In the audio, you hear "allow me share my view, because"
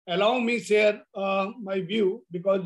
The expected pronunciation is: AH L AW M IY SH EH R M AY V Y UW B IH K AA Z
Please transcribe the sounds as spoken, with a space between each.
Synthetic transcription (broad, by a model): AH L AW M IY S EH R M AY V Y UW B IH K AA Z